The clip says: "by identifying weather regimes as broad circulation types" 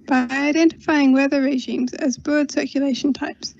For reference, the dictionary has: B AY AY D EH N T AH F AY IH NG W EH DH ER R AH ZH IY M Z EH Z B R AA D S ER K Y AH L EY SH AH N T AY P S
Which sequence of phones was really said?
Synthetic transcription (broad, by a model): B AY AY D EH N T AH F AY IH NG W EH DH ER R AH ZH IY M Z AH Z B AH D S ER K Y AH L EY SH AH N T AY P S